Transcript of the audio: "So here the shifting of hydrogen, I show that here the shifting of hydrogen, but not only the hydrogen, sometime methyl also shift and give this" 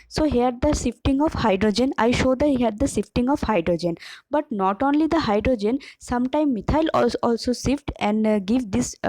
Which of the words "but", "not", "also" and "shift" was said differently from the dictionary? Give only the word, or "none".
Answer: shift